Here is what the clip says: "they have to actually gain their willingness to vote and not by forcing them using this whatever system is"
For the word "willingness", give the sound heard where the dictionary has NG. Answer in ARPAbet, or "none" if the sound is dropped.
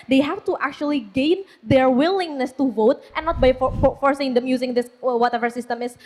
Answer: NG